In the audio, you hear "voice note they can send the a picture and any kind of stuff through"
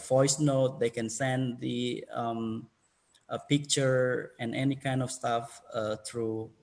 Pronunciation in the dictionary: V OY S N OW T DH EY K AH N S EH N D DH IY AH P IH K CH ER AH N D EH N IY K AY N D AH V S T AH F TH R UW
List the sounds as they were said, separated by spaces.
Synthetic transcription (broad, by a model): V OY S N OW T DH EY K AH N S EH N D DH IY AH P IH K CH ER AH N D EH N IY K AY N D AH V S T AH F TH R UW